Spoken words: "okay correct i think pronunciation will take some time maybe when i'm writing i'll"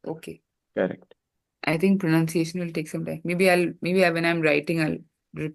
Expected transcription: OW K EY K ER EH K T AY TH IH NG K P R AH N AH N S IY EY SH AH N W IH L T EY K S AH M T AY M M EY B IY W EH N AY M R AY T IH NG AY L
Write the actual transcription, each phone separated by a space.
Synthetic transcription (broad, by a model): OW K EY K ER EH K T AY T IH NG K P R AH N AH N S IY EY SH AH N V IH L T EY K S AH M T AY M M EY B IY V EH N AY M R AY T IH NG AY L